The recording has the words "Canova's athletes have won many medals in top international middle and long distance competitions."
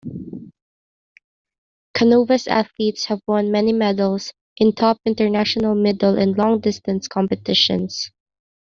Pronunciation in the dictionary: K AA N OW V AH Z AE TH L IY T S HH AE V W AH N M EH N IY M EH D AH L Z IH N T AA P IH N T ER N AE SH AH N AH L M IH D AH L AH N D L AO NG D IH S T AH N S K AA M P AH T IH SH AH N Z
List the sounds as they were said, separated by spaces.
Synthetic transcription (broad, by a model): K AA N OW V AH S AE TH L IY T S HH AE V W AH N M EH N IY M EH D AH L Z IH N T AA P IH N T ER N AE SH AH N AH L M IH D AH L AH N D L AO NG D IH S T AH N S K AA M P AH T IH SH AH N S